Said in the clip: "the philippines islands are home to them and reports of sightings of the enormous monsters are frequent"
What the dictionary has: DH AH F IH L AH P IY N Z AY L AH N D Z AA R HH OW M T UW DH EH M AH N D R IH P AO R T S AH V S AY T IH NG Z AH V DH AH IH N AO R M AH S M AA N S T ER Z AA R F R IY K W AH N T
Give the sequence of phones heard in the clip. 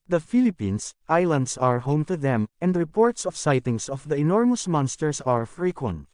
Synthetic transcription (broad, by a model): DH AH F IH L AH P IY N S AY L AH N D S AA R HH OW M T UW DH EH M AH N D R IH P AO R T S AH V S AY T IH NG S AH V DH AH IH N AO R M AH S M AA N S T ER S AA R F R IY K W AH N T